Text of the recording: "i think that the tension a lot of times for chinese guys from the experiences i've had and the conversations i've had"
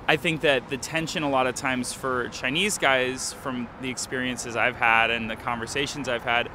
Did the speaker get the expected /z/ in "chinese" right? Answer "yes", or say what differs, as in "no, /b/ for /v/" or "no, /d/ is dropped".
yes